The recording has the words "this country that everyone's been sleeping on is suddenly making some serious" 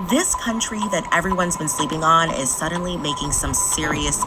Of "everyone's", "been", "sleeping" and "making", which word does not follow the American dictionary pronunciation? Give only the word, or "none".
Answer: none